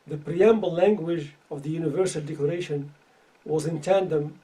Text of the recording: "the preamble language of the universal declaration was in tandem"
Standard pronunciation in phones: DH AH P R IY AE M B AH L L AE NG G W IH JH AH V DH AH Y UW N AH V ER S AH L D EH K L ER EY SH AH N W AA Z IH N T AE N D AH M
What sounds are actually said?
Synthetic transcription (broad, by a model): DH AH P R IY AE M B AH L L AE NG G W IH JH AH V DH AH Y UW N AH V ER S AH L D EH K L ER EY SH AH N W AA Z IH N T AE N D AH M